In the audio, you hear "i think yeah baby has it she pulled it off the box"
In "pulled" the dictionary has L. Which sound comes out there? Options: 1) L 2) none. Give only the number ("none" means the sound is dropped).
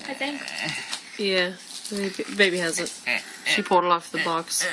2